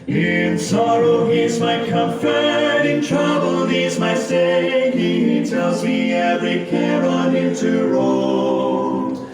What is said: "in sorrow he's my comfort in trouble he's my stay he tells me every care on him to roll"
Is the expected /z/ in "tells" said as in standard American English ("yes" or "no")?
yes